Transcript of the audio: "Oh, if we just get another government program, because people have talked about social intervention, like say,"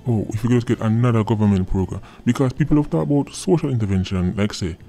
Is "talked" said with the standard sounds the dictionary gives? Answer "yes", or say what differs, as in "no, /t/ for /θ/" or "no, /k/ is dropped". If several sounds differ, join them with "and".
no, /k/ is dropped